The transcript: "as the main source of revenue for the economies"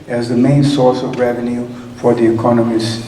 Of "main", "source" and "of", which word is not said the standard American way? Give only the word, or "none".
none